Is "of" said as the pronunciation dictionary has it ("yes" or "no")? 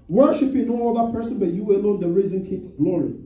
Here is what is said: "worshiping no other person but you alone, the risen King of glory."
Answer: no